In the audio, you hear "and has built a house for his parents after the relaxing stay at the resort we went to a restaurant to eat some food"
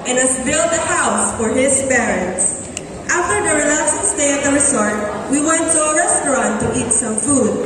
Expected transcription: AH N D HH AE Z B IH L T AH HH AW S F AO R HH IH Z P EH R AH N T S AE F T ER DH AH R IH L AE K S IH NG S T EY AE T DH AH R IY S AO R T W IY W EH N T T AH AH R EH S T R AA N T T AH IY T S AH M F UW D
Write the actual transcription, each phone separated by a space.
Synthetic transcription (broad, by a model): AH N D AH S B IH L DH AH HH AW S F AO R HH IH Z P EH R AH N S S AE F T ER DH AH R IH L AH S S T EY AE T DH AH R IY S AO R T W IY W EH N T S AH R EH S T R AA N T T IY T S AH M F UW D